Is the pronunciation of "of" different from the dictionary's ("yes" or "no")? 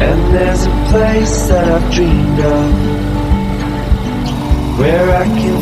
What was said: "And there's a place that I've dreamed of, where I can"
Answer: yes